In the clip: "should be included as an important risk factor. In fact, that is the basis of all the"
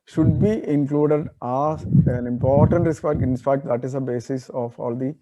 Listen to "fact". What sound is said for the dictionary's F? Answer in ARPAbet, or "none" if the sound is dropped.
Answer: P